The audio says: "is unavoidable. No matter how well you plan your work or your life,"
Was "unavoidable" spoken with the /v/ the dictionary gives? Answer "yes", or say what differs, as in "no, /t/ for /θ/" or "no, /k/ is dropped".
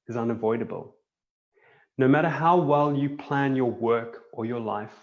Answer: yes